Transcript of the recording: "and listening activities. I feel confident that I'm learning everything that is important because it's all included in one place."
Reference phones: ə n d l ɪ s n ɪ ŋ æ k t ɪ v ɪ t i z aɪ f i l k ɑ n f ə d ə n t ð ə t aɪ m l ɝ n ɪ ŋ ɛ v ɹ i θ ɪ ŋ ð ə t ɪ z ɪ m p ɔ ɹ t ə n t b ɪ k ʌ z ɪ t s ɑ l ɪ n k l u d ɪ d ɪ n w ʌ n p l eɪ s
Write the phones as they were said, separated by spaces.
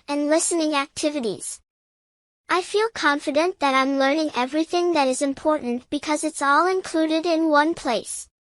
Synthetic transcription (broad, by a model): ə n l ɪ s n ɪ ŋ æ k t ɪ v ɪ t i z aɪ f i l k ɑ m f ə d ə n ð ə t aɪ m l ɝ n ɪ ŋ ɛ v ɹ i θ ɪ ŋ ð ə t ɪ z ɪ m p ɔ ɹ t n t b ɪ k ʌ z ɪ t s ɑ l ɪ n k l u d ɪ d ɪ n w ʌ n p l eɪ s